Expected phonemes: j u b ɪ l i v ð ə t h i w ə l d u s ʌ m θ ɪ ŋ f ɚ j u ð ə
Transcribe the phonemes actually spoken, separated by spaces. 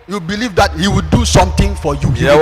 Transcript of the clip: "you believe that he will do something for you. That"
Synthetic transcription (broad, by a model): j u b ɪ l i v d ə t h i w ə d u s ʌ m t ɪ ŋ f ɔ j u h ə